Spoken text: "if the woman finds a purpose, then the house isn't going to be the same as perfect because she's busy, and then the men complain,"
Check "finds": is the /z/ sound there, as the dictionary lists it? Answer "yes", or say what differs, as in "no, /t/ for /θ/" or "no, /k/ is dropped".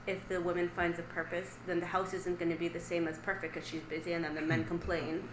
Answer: yes